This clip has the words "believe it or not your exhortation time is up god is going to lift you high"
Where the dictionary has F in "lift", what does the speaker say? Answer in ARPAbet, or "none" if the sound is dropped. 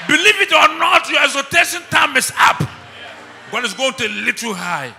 none